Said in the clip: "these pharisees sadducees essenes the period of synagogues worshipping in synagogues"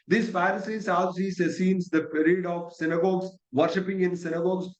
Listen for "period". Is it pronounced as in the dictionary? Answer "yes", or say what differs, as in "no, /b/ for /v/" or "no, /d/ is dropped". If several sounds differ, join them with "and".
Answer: yes